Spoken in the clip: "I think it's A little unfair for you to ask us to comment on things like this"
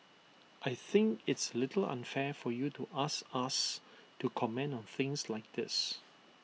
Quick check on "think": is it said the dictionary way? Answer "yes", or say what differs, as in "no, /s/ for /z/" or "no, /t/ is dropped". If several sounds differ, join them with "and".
yes